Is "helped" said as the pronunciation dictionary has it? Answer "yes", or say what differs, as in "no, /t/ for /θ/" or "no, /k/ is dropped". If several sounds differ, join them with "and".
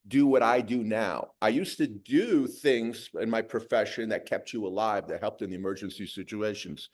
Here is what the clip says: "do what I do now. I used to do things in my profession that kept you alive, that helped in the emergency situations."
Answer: yes